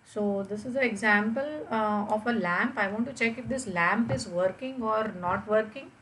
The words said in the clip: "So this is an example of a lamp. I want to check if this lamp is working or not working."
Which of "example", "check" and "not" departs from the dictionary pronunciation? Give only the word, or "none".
none